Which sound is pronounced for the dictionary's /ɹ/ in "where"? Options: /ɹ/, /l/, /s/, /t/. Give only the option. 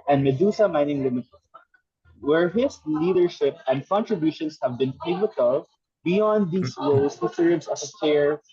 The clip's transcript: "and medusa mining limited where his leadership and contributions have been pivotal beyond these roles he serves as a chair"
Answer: /ɹ/